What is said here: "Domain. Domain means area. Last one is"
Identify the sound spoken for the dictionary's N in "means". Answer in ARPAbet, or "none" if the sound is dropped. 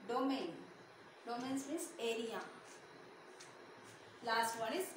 none